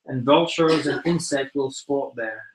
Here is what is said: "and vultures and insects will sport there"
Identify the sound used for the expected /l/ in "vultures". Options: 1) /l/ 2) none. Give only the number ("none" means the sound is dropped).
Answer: 1